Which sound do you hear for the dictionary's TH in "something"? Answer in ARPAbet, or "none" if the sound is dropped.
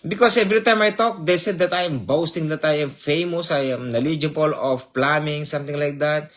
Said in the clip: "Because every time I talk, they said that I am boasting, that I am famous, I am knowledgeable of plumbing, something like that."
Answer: T